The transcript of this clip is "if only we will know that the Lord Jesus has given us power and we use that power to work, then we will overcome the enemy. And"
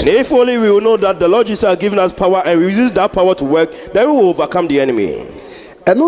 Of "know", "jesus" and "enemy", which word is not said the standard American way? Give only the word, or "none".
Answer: jesus